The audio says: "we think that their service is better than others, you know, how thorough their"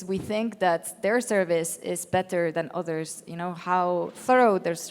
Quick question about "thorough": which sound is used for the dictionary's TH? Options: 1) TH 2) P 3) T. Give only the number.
1